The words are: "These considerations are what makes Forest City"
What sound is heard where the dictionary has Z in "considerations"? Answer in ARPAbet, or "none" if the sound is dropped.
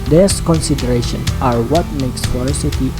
none